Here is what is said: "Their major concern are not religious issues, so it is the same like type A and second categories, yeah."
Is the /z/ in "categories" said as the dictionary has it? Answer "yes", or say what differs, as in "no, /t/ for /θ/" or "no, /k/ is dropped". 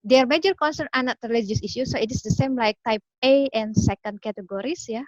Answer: no, /s/ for /z/